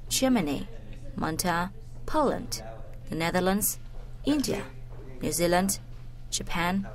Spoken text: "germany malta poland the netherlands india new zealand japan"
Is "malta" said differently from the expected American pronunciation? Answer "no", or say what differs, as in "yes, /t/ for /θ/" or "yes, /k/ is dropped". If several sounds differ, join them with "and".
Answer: yes, /n/ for /l/